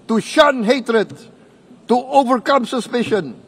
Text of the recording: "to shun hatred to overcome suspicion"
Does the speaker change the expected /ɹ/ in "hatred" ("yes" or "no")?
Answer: no